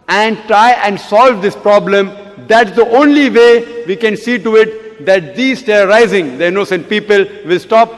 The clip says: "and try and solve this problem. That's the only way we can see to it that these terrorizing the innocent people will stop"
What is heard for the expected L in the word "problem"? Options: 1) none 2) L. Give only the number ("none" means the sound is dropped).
2